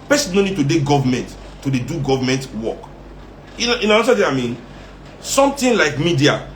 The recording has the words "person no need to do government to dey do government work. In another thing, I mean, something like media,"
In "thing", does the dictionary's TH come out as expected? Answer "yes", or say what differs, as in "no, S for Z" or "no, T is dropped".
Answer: no, T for TH